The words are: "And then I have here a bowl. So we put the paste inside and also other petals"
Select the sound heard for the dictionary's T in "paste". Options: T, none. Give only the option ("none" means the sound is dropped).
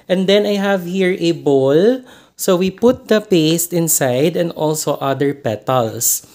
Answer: T